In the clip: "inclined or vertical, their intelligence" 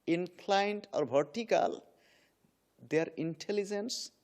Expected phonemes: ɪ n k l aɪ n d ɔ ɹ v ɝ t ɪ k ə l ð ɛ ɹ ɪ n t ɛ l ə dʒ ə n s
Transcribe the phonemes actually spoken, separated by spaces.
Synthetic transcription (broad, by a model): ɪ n k l aɪ n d ɔ ɹ b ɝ t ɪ k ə l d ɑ ɹ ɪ n t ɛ l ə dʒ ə n s